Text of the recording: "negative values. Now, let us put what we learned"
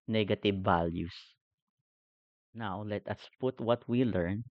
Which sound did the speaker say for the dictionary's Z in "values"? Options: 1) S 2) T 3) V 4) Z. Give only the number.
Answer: 1